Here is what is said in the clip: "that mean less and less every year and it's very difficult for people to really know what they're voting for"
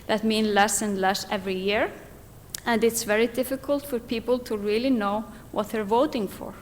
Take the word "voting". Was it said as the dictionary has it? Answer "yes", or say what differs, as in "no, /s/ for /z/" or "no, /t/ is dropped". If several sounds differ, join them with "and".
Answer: yes